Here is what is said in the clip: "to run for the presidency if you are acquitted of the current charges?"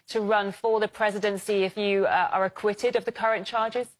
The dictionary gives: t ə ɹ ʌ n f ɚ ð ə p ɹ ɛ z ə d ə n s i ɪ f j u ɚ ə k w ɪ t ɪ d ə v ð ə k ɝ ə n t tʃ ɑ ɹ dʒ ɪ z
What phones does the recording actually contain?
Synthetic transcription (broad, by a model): t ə ɹ ʌ n f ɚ ð ə p ɹ ɛ z ə d ə n s i ɪ f j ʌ ɚ ə k w ɪ t ɪ d ə v ð ə k ɝ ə n tʃ ɑ dʒ ɪ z